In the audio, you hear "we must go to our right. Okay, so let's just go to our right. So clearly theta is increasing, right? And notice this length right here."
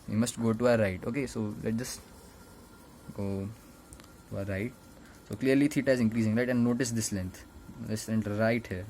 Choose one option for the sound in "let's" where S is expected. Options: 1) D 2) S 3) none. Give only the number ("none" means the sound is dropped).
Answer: 3